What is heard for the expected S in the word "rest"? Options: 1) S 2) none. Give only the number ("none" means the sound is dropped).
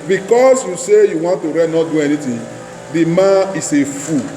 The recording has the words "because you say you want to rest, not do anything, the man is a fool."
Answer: 2